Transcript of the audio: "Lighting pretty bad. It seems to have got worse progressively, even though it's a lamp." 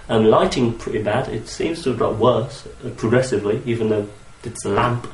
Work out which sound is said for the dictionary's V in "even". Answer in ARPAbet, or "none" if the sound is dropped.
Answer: V